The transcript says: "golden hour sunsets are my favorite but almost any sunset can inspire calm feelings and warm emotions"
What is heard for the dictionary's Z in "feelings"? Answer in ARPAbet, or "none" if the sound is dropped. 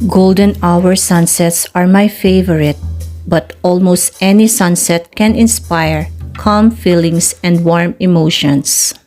S